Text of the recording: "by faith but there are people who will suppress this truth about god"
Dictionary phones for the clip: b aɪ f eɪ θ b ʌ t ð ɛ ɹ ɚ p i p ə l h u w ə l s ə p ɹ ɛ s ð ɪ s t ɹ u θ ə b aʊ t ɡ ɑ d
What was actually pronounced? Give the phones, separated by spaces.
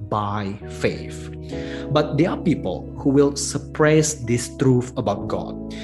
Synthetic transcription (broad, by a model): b aɪ f eɪ f b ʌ t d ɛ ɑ p i p ə l h u w ə l s ə p ɹ ɛ s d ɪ s t ɹ u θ ə b aʊ t ɡ ɑ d